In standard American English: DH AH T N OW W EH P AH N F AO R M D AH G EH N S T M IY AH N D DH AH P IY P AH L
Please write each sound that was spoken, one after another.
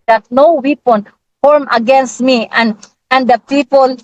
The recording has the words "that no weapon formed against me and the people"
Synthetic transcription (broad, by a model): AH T N OW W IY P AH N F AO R M AH G EH N S T M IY AH N D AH P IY P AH L